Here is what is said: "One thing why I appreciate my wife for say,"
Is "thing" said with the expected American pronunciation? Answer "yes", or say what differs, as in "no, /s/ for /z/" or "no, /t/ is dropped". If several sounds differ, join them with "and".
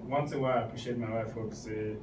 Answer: no, /s/ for /θ/